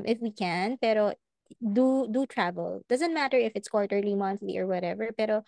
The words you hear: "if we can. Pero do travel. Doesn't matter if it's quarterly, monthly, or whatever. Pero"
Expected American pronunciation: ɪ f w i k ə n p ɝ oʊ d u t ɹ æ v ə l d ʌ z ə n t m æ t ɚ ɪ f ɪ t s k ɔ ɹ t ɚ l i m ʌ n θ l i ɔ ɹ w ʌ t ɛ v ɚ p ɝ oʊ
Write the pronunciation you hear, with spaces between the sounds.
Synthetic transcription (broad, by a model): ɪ f w i k ə n p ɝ oʊ d u t ɹ æ v ə l d ʌ z ə n t m æ t ɚ ɪ f ɪ t s k ɔ ɹ t ɚ l i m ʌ n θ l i ɔ ɹ w ʌ t ɛ v ɚ p ɝ oʊ